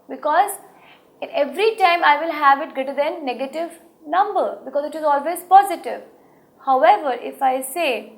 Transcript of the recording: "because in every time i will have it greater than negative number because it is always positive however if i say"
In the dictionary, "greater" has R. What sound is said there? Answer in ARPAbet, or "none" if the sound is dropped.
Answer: none